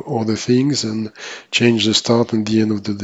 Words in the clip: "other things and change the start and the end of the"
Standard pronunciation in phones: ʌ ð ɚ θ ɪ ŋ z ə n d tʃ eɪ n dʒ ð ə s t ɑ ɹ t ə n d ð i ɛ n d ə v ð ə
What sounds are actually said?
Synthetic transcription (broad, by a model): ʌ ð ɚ θ ɪ ŋ z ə n tʃ eɪ n dʒ ð ə s t ɑ ɹ t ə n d ð i ɛ n d ə v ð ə